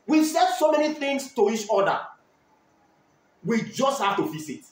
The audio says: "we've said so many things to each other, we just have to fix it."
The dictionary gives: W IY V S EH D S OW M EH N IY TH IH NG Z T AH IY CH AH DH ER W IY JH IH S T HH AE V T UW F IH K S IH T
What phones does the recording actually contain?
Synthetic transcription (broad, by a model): W IY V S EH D S OW M EH N IY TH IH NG S T AH IY CH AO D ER W IY JH IH S T HH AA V T UW F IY S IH T